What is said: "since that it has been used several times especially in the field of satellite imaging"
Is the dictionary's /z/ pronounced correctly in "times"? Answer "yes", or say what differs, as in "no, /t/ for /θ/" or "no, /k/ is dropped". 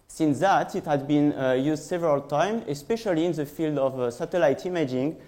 no, /z/ is dropped